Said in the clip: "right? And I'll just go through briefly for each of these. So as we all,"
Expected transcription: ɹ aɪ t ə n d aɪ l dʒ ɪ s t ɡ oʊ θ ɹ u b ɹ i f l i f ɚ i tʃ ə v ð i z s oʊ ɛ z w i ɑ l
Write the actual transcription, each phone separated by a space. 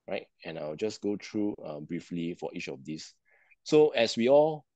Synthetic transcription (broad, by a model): ɹ aɪ t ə n aɪ w dʒ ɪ s ɡ oʊ t ɹ u b ɹ i f l i f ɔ i tʃ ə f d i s s oʊ ɛ s w i ɑ l